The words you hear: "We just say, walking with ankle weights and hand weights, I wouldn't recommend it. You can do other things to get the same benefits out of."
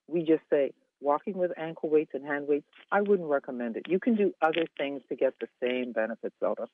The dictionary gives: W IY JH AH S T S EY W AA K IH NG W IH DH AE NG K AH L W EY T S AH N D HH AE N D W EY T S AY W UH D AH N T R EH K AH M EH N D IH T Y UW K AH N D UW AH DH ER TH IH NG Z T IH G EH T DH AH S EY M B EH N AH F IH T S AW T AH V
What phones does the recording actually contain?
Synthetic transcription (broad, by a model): W IY JH AH S T S EY W AA K IH NG W IH DH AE NG K L W EY T S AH N HH AE N D W EY T S AY W UH D N T R EH K AH M EH N D IH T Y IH K AH N D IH AH DH ER TH IH NG Z T IH G EH T DH AH S EY M B EH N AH F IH T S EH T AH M